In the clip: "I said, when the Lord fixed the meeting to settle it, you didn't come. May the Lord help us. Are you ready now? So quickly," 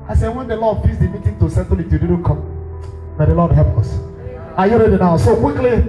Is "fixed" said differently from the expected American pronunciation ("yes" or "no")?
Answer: yes